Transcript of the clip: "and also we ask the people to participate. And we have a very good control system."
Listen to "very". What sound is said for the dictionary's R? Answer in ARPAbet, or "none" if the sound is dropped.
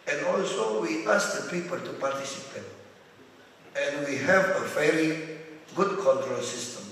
L